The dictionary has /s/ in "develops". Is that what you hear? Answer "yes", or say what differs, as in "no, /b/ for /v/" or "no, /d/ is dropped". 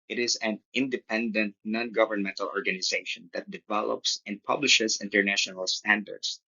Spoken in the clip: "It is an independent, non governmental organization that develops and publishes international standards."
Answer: yes